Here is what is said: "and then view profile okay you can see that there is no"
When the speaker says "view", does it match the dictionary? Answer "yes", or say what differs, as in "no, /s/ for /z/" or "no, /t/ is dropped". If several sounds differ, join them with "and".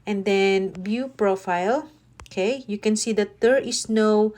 no, /b/ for /v/